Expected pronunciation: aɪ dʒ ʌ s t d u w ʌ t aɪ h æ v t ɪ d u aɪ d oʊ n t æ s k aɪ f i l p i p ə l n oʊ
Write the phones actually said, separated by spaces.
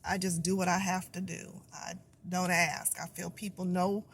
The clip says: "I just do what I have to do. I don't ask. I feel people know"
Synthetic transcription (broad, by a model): aɪ dʒ ʌ s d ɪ w ʌ t aɪ h æ f t ɪ d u aɪ d oʊ n t æ s k aɪ f i l p i p l n oʊ